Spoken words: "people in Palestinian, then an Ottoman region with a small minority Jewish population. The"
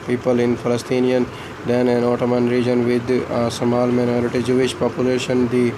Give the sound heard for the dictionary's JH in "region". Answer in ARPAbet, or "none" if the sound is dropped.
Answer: JH